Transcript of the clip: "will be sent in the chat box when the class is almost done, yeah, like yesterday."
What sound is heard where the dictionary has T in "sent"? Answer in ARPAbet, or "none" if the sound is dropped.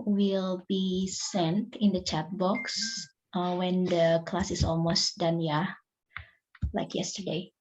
T